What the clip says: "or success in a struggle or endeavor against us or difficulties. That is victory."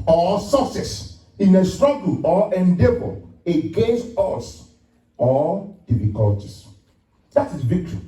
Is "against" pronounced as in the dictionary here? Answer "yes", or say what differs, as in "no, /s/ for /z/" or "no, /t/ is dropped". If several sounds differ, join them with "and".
yes